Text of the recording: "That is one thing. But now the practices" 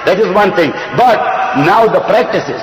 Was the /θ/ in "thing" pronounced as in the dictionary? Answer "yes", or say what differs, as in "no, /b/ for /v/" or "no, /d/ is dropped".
no, /t/ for /θ/